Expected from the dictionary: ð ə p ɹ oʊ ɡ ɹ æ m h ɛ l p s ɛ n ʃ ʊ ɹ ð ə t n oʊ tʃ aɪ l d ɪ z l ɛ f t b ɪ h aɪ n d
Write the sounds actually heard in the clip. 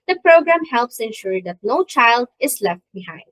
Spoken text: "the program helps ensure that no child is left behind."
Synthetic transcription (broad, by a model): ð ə p ɹ oʊ ɡ ɹ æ m h ɛ l p s ɛ n ʃ ʊ ɹ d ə t n oʊ tʃ aɪ l d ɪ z l ɛ f t b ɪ h aɪ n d